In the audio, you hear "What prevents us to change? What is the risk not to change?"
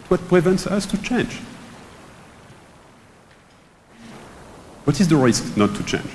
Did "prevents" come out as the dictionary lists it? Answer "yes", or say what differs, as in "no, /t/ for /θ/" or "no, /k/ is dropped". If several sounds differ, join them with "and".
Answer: yes